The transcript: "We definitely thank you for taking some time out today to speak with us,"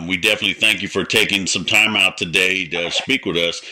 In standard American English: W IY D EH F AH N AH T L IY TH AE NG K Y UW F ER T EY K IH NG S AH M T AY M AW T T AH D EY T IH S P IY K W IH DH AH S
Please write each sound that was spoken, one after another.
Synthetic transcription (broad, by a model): W IY D EH F AH N AH T L IY TH AE NG K Y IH F ER T EY K IH NG S AH M T AY M AW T T AH D EY T IH S P IY K W IH DH AH S